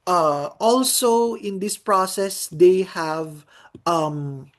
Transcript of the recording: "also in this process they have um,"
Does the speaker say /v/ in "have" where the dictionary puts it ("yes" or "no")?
yes